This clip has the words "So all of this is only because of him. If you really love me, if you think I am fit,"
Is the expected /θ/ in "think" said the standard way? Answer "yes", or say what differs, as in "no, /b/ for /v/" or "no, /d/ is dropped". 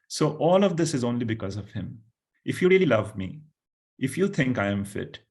no, /t/ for /θ/